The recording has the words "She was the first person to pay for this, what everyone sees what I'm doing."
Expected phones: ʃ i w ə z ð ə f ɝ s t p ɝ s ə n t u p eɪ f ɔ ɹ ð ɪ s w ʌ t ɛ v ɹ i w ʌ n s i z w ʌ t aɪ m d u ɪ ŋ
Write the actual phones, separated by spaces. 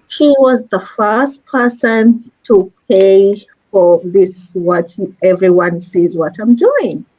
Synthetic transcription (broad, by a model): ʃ i w ə z ð ə f ɝ s t p ɝ s ə n t u p eɪ f ɔ ɹ ð ɪ s w ʌ t ɛ v ɹ i w ʌ n s i z w ʌ t aɪ m d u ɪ ŋ